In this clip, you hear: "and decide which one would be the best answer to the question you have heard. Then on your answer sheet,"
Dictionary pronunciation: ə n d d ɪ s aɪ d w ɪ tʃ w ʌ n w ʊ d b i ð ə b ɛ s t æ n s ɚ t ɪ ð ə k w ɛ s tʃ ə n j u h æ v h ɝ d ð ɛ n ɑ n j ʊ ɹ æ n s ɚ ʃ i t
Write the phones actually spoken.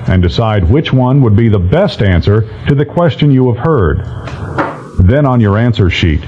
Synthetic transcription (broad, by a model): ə n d d ɪ s aɪ d w ɪ tʃ w ʌ n w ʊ d b i ð ə b ɛ s t æ n s ɚ t ɪ ð ə k w ɛ s tʃ ə n j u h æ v h ɝ d ð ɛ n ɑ n j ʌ ɹ æ n s ɚ ʃ i t